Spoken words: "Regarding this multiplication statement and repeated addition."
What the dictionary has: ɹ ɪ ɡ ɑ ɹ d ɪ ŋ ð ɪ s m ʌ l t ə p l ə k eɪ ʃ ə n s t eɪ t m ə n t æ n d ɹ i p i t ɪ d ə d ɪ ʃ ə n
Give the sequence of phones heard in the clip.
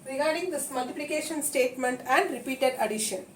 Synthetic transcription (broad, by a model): ɹ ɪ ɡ ɑ ɹ d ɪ ŋ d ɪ s m ʌ l t ə p l ə k eɪ ʃ ə n s t eɪ t m ə n t æ n d ɹ i p i t ɪ d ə d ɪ ʃ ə n